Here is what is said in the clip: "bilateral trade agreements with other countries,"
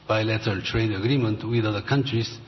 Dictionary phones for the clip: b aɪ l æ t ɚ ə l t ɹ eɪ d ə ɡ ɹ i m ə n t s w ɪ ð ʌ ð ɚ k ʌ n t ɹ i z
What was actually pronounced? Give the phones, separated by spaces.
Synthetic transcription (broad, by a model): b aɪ l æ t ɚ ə l t ɹ eɪ d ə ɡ ɹ i m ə n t w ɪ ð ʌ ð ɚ k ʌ n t ɹ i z